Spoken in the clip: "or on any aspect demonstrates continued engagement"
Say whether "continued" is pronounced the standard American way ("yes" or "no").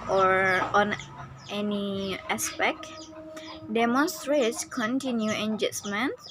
no